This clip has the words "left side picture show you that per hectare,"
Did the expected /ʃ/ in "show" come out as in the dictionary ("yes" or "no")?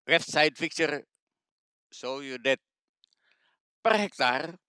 no